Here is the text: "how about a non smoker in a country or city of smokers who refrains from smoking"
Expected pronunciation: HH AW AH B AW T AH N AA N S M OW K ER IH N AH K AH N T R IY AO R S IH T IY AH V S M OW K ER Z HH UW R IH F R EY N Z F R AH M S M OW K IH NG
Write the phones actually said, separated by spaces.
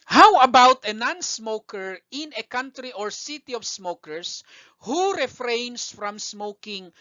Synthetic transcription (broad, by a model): HH AW AH B AW T AH N AA N S M OW K ER IH N AH K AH N T R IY AO R S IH T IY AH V S M OW K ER S HH UW R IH F R EY N S F R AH M S M OW K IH NG